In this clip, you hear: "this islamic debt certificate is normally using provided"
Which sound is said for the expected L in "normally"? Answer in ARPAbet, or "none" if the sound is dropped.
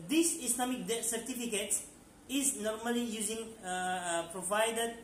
L